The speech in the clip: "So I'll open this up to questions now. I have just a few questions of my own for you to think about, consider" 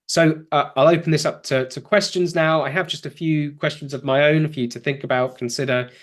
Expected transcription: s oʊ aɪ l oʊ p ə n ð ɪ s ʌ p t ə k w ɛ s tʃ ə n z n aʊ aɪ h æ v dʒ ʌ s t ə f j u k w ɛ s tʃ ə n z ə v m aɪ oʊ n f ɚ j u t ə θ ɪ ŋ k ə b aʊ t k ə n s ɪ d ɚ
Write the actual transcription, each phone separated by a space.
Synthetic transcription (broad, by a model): s oʊ aɪ l oʊ p ə n ð ɪ s ʌ p t ə k w ɛ s tʃ ə n z n aʊ aɪ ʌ v dʒ ʌ s t ə f j u k w ɛ s tʃ ə n z ə v m aɪ oʊ n f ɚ j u t ə θ ɪ ŋ k ə b aʊ t k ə n s ɪ d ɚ